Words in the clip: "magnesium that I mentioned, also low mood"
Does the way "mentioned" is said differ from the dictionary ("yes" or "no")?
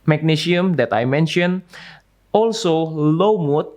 yes